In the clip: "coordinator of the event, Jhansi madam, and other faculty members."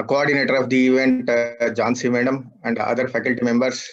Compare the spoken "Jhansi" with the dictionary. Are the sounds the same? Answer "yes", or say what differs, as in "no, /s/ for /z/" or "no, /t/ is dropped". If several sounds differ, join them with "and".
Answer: yes